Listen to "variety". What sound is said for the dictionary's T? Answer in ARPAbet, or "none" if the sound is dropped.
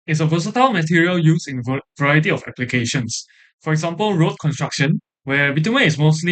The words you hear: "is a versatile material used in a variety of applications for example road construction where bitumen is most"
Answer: T